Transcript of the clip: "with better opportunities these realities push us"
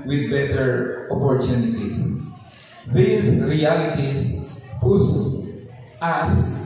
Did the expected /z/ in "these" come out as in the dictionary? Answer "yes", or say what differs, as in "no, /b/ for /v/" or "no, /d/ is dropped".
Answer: no, /s/ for /z/